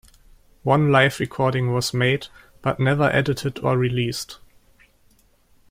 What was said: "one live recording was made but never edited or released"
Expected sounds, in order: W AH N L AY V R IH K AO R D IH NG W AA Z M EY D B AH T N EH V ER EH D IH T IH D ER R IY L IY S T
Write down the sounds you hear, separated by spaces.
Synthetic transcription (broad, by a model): W AH N L AY F R IH K AO R D IH NG W AA Z M EY D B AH T N EH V ER EH D IH T IH D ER R IY L IY S T